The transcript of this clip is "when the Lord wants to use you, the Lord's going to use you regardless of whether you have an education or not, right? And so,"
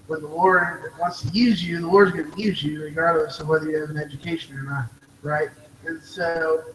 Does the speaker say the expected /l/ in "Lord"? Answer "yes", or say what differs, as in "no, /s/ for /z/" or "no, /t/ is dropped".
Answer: no, /w/ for /l/